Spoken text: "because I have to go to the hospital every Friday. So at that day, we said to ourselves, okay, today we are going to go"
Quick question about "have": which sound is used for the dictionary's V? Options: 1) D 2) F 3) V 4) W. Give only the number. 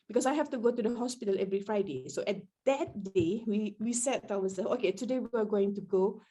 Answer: 2